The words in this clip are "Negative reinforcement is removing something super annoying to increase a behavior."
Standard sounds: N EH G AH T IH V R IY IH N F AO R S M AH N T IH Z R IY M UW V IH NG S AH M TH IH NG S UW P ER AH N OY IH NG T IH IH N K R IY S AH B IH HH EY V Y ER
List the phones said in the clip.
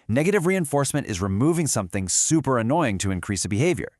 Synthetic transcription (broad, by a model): N EH G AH T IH V R IY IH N F AO R S M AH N T IH Z R IY M UW V IH NG S AH M TH IH NG S UW P ER AH N OY IH NG T IH IH N K R IY S AH B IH HH EY V Y ER